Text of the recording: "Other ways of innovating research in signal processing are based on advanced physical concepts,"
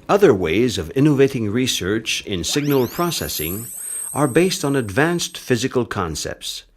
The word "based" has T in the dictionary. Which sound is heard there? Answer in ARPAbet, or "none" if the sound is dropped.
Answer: T